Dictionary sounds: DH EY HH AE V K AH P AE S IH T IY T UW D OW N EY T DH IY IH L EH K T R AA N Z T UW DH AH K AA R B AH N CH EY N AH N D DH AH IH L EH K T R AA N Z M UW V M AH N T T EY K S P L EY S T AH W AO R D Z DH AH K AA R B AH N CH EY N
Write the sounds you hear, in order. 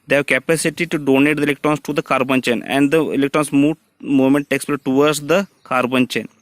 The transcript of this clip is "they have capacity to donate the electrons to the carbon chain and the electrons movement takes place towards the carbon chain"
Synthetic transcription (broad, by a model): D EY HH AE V K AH P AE S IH T IY T UW D OW N EY T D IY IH L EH K T R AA N S T UW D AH K AA R B AH N CH EY N AH N D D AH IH L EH K T R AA N S M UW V M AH N T T EY K S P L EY T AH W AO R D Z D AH K AA R B AH N CH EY N